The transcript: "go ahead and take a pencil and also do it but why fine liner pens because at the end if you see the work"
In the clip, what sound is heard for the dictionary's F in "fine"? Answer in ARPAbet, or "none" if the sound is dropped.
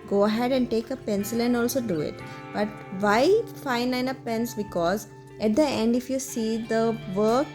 F